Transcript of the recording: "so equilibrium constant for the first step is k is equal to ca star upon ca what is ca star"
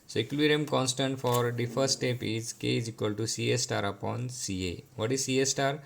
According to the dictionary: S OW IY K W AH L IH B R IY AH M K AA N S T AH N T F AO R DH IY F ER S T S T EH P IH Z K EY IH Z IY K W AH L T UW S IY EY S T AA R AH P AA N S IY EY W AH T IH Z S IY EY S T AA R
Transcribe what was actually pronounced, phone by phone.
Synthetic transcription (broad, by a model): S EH K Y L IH R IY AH M K AA N S T AH N T F AO R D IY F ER T S T EH P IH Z K EY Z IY K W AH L T UW S IY EY S T AA R AH P AA N S IY EY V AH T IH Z S IY EY S T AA R